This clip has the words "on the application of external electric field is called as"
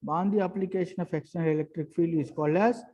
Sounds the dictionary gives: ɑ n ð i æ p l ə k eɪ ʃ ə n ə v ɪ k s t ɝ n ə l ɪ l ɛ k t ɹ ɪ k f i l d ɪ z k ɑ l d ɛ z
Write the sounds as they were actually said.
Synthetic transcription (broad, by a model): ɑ n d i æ p l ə k eɪ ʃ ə n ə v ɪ k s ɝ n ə l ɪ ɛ k t ɹ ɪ k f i l ɪ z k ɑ l ɛ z